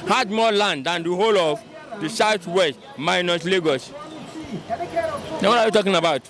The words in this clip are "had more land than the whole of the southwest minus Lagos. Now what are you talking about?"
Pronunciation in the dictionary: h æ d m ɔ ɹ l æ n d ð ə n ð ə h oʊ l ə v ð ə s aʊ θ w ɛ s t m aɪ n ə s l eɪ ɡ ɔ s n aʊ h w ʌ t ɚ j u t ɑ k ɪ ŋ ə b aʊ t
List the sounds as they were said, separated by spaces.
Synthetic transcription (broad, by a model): h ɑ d m ɔ l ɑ n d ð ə n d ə h oʊ l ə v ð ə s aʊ s w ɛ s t m aɪ n ə s l eɪ ɡ ɔ s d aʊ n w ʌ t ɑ j u t ɑ k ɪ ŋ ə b aʊ t